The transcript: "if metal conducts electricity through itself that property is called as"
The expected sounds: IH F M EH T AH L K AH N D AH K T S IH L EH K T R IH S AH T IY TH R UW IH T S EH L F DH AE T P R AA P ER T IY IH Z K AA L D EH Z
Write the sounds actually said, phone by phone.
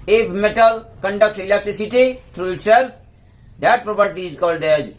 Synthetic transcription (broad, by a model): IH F M EH T AH L K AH N D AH K T IH L EH K T R IH S AH T IY T R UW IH T S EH L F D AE T P R AA P ER T IY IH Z K AA L D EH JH